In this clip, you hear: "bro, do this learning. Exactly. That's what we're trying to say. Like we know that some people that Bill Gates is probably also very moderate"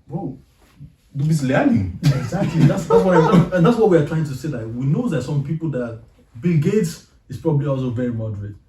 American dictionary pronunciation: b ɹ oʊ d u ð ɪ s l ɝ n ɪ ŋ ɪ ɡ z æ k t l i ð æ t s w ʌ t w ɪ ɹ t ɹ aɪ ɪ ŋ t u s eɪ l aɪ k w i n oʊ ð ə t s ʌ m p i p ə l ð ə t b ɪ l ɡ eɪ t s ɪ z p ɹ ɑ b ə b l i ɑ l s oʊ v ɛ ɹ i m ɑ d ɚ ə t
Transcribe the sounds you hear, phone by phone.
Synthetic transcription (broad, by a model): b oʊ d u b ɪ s l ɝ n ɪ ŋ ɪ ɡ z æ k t l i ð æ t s w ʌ t w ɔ w t ɹ aɪ ɪ ŋ t u s eɪ l aɪ k w i n oʊ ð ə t s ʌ m p i p ə l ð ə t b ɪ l ɡ eɪ t s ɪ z p ɹ ɑ b ə b l i ɑ l s oʊ v ɛ ɹ i m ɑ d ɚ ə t